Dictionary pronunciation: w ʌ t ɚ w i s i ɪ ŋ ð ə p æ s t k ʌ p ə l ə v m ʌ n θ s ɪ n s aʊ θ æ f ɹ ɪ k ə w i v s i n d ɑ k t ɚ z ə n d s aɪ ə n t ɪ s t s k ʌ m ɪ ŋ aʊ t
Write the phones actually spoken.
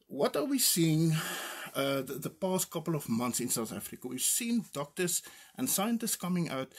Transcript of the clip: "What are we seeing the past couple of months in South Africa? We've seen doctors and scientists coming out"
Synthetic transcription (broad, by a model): w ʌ t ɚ w i s i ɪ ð ð ə p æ s t k ʌ p ə l ə v m ʌ n θ s ɪ n s aʊ θ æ f ɹ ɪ k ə w i v s i n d ɑ k t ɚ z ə n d s aɪ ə n t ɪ s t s k ʌ m ɪ ŋ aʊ t